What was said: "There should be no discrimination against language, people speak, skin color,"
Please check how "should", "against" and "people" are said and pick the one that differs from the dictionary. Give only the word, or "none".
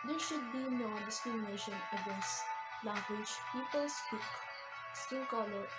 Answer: against